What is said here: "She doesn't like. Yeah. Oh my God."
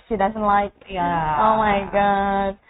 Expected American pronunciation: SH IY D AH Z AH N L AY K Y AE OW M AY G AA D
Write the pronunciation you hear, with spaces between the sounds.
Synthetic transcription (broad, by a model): SH IY D AH Z AH N L AY K Y AE OW M AY G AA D